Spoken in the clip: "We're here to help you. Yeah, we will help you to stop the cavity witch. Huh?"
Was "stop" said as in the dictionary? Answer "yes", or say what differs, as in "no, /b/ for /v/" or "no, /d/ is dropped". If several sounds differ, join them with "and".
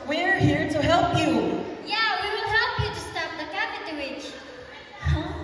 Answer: no, /f/ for /p/